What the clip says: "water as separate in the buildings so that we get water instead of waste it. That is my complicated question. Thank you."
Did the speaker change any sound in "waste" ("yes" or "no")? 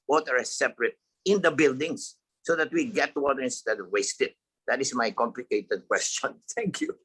no